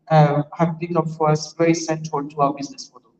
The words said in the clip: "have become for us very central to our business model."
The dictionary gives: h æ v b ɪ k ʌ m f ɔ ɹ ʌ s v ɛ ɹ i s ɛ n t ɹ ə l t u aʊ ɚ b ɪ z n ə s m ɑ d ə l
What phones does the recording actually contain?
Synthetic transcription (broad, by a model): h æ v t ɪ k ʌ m f ɔ ɹ ʌ s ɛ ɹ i s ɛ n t ə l t u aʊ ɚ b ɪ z n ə s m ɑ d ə